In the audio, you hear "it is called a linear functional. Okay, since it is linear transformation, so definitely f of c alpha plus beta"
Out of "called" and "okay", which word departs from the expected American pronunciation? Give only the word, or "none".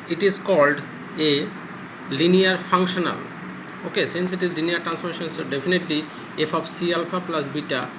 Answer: none